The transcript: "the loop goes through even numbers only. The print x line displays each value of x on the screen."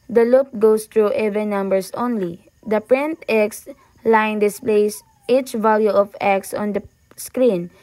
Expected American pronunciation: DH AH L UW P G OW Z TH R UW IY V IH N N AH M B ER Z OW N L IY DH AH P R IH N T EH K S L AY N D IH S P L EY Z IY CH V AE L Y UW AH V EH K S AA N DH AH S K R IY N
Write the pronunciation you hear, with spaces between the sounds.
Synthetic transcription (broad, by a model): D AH L UW P G OW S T R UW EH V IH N N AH M B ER S OW N L IY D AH P R IH N T EH K S L AY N D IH S P L EY S IY CH V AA L Y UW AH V EH K S AA N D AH S K R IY N